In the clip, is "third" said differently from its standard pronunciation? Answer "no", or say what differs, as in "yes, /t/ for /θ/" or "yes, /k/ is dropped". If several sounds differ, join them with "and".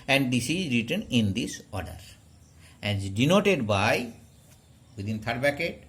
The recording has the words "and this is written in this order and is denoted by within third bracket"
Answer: yes, /t/ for /θ/